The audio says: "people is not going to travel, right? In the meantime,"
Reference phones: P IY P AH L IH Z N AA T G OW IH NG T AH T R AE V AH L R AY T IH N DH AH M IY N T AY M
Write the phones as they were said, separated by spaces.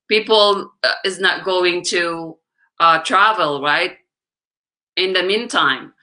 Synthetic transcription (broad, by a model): P IY P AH L IH Z N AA T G OW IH NG T AH T R AE V AH L R AY T IH N DH AH M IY N T AY M